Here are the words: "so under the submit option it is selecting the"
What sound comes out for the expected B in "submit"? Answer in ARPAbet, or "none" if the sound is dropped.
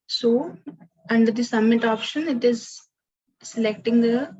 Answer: none